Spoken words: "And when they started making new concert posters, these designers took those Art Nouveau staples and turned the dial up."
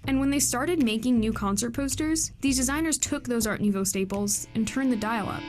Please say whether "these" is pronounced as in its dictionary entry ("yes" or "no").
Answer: yes